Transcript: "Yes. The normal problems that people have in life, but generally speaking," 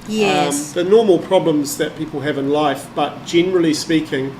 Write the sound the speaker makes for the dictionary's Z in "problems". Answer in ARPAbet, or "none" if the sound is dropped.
Z